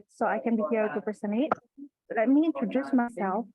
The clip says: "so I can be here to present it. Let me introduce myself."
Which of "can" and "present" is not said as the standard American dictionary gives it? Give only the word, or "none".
present